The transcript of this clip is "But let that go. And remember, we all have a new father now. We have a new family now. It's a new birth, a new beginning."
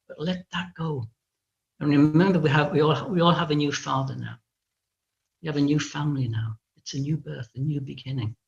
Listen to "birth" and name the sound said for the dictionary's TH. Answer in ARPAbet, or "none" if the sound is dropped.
TH